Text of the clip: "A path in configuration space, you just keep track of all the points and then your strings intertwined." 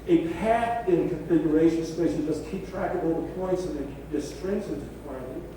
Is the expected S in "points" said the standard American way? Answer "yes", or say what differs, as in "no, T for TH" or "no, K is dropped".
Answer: yes